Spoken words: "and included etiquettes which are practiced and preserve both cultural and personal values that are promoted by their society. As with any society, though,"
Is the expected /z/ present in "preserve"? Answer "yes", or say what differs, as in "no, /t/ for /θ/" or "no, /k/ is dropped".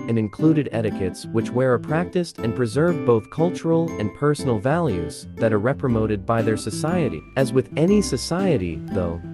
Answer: yes